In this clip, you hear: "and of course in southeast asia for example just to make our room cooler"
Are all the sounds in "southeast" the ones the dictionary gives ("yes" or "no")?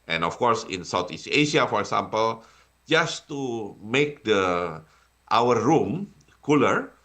no